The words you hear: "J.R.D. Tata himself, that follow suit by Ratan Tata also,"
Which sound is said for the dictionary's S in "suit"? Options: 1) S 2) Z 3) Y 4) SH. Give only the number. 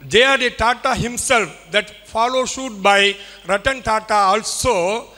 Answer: 4